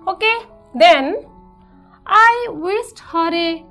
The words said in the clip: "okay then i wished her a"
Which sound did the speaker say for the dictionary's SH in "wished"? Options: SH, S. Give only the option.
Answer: S